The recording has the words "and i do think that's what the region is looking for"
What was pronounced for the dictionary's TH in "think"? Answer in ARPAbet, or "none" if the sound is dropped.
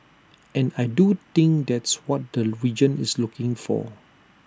T